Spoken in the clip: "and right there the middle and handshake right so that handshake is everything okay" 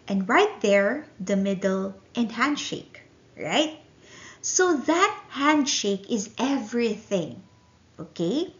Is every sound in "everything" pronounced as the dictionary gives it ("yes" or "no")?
yes